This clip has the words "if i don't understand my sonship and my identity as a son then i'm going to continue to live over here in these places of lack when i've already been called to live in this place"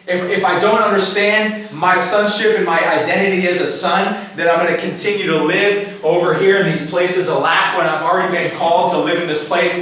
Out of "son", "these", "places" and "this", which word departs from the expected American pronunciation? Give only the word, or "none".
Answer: none